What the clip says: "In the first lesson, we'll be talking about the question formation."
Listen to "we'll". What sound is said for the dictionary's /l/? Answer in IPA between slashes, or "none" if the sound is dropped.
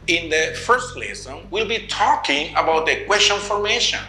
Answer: /l/